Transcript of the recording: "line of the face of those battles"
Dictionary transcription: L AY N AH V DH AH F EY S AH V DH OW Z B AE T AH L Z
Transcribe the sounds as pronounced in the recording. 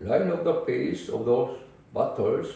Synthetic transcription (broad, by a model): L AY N AH V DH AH P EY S AH V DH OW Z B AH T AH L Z